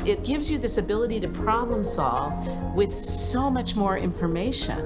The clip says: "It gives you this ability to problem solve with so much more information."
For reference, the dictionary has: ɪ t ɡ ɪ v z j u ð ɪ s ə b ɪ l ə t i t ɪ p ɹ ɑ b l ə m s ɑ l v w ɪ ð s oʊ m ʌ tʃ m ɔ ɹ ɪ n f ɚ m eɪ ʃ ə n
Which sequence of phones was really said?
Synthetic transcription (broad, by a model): ɪ t ɡ ɪ v z j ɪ ð ɪ s ə b ɪ l ə t i t ɪ p ɹ ɑ b l ə m s ɑ l v w ɪ ð s oʊ m ʌ tʃ m ɔ ɹ ɪ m f ɚ m eɪ ʃ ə n